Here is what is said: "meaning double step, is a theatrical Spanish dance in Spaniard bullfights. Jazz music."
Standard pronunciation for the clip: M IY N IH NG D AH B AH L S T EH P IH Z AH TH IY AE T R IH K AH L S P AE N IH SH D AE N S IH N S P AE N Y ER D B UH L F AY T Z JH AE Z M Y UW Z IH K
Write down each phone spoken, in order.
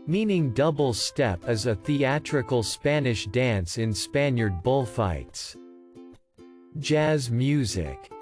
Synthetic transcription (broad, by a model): M IY N IH NG D AH B L S T EH P IH Z AH TH IY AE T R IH K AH L S P AE N IH SH D AE N S IH N S P AE N Y ER D B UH L F AY T S JH AE Z M Y UW Z IH K